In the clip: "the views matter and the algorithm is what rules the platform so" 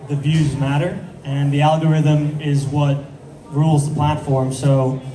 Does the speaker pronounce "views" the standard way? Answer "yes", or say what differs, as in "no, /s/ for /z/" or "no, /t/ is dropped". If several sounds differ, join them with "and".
yes